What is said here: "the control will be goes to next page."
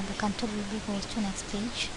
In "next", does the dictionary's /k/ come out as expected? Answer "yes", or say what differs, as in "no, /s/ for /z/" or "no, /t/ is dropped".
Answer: yes